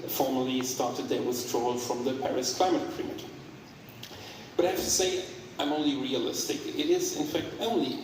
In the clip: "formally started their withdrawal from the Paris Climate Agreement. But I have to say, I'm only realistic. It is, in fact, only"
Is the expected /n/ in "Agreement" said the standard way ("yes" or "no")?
no